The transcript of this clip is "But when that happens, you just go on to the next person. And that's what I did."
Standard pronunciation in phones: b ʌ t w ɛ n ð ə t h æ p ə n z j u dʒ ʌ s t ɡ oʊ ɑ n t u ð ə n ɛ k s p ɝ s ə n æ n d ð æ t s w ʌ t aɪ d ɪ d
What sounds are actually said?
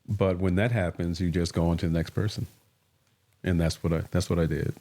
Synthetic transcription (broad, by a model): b ʌ t w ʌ n ð ə t h æ p ə n z j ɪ dʒ ʌ s ɡ oʊ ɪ n t u ð ə n ɛ k s p ɝ s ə n æ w d ð æ t s w ʌ t aɪ d ɪ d